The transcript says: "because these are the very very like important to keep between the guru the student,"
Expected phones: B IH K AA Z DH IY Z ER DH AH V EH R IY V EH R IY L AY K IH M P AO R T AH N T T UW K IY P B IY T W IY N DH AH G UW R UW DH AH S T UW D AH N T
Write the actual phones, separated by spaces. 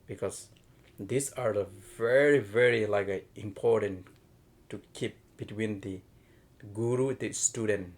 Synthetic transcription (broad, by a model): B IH K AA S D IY S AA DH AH V EH R IY V EH R IY L AY K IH M P AO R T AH N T T UW K IY P B IY T W IY N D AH G UW R UW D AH S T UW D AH N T